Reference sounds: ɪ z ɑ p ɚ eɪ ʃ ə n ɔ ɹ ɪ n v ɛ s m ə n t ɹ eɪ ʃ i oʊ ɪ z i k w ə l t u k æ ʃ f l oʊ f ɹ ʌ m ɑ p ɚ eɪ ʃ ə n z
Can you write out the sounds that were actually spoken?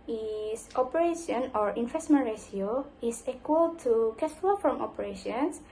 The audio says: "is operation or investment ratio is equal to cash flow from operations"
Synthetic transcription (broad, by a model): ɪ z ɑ p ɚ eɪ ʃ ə n ɔ ɹ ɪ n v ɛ s m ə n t ɹ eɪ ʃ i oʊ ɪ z i k w ə l t u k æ s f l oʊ f ɹ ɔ m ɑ p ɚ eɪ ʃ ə n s